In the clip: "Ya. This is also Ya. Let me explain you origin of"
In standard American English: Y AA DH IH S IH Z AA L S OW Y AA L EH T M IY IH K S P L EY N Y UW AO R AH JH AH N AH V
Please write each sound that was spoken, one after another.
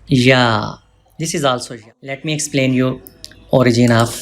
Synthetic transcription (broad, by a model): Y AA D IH S IH Z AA L S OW Y AA L EH T M IY IH K S P L EY N Y UW AO R AH JH AH N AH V